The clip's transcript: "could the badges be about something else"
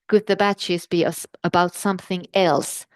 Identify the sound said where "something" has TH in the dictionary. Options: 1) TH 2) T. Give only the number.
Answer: 1